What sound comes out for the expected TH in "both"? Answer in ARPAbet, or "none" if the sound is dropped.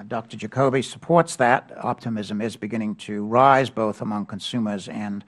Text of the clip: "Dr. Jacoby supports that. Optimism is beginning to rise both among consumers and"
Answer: TH